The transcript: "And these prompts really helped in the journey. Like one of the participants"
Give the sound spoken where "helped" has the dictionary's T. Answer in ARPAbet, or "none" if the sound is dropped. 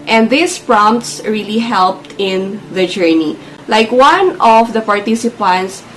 T